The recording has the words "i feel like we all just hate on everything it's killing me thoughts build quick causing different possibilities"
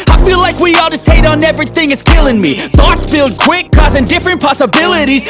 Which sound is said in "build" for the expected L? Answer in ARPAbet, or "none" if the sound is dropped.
L